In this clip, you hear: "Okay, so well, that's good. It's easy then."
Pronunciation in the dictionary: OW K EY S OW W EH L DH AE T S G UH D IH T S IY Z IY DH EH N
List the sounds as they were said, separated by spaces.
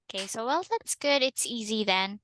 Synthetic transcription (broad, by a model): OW K EY S OW W EH L DH AE T S G UH D IH T S IY Z IY DH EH N